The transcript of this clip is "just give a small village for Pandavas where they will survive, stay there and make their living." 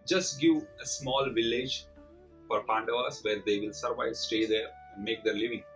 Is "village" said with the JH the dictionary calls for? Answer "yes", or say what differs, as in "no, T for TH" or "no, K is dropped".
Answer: yes